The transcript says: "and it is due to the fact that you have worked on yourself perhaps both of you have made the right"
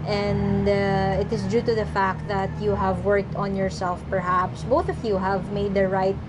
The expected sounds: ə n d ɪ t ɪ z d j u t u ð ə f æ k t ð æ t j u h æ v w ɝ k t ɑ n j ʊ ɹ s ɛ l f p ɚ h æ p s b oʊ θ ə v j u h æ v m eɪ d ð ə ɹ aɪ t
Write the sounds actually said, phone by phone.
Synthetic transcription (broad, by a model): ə n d ɪ t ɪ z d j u t u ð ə f æ k t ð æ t j u h æ v w ɝ k t ɑ n j ʊ ɹ s ɛ l f p ɚ h æ p s b oʊ θ ə v j u h æ v m eɪ d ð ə ɹ aɪ t